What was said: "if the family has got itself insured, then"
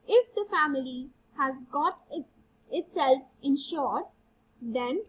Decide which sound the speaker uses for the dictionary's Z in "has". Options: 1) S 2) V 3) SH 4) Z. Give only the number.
4